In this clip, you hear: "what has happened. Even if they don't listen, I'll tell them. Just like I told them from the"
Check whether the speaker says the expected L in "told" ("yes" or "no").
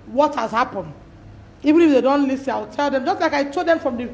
no